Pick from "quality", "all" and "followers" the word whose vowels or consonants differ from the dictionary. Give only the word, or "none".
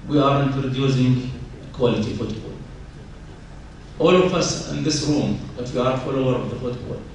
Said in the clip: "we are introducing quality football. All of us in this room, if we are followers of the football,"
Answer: followers